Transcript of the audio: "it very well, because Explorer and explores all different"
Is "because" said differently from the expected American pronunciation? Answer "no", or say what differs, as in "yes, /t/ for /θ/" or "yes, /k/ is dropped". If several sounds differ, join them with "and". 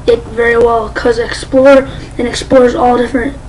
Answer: yes, /z/ is dropped